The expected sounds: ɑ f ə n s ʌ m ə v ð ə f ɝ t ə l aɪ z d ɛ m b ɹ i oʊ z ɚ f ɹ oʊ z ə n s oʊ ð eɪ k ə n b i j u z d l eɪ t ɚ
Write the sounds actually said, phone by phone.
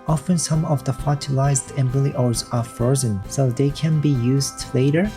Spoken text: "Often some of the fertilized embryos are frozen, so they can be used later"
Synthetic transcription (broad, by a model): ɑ f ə n s ʌ m ə v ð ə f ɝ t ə l aɪ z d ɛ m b l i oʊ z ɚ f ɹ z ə n s oʊ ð eɪ k ə n b i j u z d l eɪ t ɚ